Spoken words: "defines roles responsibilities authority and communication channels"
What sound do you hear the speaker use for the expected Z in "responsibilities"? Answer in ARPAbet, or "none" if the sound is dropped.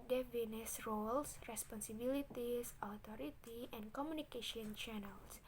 S